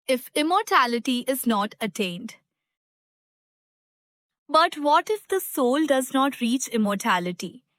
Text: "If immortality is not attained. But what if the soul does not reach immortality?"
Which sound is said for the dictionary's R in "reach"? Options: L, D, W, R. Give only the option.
R